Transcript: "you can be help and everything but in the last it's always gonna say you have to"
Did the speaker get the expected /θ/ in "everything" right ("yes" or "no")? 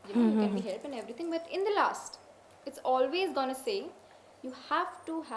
no